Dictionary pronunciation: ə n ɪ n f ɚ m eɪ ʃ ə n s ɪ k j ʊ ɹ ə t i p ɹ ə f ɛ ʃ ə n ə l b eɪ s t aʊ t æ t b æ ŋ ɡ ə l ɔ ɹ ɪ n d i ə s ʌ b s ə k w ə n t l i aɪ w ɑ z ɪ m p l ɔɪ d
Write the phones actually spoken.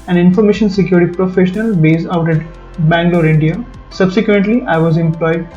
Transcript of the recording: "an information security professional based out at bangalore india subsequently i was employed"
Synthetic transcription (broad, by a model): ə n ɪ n f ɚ m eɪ ʃ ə n s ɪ k j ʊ ɹ t i p ɹ ə f ɛ ʃ ə n ə l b eɪ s aʊ t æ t b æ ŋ ɡ l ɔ ɹ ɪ n d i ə s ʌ b s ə k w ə n t l i aɪ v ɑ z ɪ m p l ɔɪ d